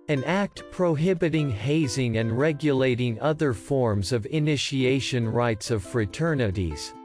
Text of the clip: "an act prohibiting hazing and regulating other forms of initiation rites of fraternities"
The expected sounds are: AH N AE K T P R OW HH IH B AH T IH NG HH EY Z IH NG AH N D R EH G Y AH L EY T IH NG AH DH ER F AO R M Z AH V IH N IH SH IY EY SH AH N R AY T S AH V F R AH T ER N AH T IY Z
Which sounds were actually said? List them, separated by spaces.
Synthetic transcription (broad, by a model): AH N AE K T P R OW HH IH B AH T IH NG HH EY Z IH NG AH N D R EH G Y AH L EY T IH NG AH DH ER F AO R M Z AH V IH N IH SH IY EY SH AH N R AY T S AH V F R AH T ER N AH T IY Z